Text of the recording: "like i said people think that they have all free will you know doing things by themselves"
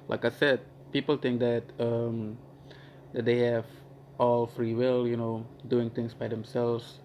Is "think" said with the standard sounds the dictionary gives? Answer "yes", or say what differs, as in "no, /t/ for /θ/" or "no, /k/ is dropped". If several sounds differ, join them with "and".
no, /t/ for /θ/